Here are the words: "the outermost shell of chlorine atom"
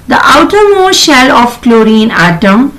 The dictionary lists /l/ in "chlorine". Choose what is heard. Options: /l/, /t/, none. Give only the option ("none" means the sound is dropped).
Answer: /l/